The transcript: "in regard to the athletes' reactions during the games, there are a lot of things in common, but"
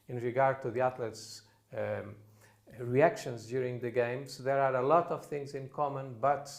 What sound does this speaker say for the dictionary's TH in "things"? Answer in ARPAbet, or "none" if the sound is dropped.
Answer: TH